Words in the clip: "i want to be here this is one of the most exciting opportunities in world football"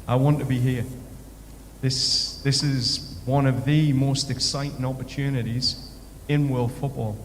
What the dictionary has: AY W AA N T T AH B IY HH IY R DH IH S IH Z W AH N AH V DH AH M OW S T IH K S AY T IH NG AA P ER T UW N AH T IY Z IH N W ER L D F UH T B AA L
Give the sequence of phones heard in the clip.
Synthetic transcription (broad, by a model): AY W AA N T T AH B IY HH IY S DH IH S IH Z W AH N AH V DH AH M OW S T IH K S AY T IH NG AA P ER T UW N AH T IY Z IH N W ER L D F UH T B AA L